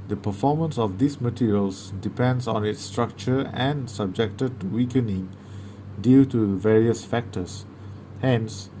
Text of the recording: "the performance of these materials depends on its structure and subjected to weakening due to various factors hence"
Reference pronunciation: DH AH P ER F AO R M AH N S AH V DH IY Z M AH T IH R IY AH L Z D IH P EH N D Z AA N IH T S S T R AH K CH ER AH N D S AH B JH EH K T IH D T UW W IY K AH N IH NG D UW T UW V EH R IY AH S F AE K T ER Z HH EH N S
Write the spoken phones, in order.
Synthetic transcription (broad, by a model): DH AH P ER F AO M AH N S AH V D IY S M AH T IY R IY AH L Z D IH P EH N D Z AA N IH T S S T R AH K CH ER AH N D S AH B JH EH K T IH D T UW W IY K AH N IH NG D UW T UW V EH R IY AH S F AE K T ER S HH EH N S